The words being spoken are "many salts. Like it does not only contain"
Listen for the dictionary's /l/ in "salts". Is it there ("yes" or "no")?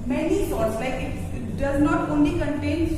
no